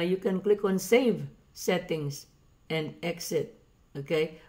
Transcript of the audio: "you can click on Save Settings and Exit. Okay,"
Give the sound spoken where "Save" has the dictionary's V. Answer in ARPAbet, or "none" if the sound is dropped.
V